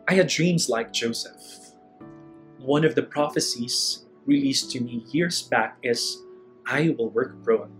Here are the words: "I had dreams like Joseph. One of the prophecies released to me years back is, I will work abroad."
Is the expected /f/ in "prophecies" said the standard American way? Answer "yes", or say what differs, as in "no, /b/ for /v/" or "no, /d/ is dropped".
yes